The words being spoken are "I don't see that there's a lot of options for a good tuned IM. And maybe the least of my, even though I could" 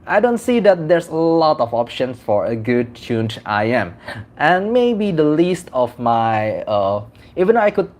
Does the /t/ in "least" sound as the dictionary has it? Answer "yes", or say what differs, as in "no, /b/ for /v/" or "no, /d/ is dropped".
yes